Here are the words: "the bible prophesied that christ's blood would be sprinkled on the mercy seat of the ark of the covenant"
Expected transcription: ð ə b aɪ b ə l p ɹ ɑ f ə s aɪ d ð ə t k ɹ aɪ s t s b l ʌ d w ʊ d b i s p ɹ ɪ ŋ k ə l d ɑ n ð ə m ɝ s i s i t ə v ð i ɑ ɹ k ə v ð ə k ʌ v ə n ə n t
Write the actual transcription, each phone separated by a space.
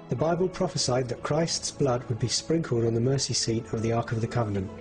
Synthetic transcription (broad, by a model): ð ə b aɪ b ə l p ɹ ɑ f ə s aɪ d ð ə t k ɹ aɪ s t s b l ʌ d w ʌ d b i s p ɹ ɪ ŋ k ə l d n ð ə m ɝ s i s i t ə ð i ɑ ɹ k ə v ð ə k ʌ v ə n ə n t